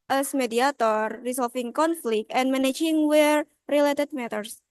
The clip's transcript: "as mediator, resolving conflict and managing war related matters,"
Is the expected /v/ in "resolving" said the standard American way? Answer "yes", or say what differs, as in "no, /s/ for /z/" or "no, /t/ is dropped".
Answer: no, /f/ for /v/